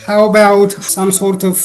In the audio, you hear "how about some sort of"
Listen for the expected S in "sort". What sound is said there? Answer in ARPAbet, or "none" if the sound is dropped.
S